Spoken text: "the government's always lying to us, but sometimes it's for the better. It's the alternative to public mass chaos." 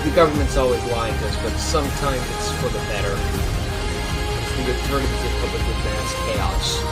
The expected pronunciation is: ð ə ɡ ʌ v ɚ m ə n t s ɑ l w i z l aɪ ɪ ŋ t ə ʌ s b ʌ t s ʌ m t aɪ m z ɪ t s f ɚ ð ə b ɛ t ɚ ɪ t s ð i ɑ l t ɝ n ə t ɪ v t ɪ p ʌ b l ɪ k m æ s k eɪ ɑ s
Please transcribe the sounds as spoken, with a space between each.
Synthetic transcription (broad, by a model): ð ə ɡ ʌ v ɚ m ə n t s ɑ l w i z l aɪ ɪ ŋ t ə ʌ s b ʌ t s ʌ m t aɪ m z ɪ t s f ɚ ð ə b ɛ t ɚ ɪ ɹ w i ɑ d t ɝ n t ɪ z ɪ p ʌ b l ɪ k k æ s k eɪ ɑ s